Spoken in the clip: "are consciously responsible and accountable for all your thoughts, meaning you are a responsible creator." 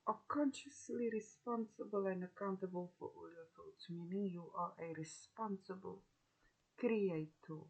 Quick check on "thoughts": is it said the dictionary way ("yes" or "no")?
no